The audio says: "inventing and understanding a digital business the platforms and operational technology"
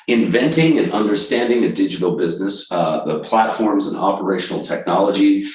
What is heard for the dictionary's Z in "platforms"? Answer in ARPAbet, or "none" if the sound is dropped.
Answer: Z